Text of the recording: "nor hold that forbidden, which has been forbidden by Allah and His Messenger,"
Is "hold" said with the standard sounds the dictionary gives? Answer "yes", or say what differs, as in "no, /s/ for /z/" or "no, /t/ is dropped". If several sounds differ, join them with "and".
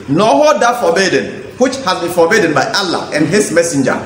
no, /l/ is dropped